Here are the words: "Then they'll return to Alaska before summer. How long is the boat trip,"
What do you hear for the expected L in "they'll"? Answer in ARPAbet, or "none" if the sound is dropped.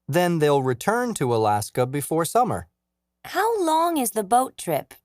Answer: L